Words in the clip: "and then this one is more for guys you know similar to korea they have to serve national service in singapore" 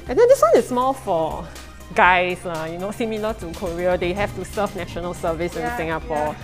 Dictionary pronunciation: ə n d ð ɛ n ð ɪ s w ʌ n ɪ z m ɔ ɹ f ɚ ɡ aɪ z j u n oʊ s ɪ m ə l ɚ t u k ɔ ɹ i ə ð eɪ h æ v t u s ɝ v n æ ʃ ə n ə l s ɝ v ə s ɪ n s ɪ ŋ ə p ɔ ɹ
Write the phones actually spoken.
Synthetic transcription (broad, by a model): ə n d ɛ n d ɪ s w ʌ n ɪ s m ɔ l f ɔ ɡ aɪ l j u n oʊ s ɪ m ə l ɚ t u k ɔ ɹ i ə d eɪ h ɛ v t u s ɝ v n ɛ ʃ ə n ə l s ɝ v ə s ɪ n s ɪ ŋ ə p ɔ